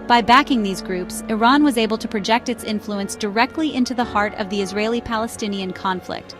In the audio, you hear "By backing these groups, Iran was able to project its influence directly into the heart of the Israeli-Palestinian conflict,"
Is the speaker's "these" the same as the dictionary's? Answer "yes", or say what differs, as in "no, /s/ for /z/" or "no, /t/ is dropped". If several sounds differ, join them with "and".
yes